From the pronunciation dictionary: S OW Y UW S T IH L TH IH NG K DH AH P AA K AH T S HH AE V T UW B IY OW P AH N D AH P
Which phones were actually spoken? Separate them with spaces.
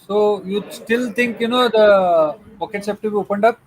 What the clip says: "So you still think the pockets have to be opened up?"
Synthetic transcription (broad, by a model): S OW Y UW S T IH L T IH NG K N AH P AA K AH T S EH P T UW B IY OW P AH N D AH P